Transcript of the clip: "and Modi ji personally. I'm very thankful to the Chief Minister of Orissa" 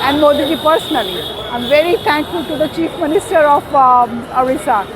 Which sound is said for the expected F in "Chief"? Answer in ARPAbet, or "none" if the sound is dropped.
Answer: F